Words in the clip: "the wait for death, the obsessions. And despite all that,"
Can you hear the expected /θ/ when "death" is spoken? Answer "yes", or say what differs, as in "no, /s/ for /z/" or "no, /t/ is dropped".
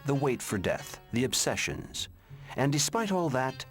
yes